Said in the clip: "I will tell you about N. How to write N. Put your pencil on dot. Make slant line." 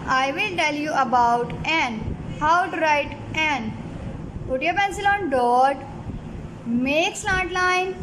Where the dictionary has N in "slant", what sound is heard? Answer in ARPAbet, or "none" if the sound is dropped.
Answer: none